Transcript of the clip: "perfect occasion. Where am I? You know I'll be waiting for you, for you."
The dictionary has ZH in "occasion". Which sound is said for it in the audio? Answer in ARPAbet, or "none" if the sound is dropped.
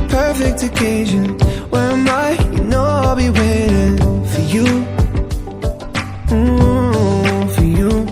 ZH